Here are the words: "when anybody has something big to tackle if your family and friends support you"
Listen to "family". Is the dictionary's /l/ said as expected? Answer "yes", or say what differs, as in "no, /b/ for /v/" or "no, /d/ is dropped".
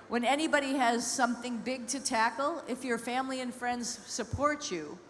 yes